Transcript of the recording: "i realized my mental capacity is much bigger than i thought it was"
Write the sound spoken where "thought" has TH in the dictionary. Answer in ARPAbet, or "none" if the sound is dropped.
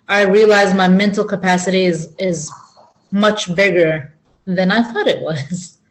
TH